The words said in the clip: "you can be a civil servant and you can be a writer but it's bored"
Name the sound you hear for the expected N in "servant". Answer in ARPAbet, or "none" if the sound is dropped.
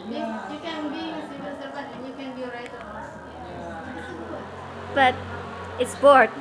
none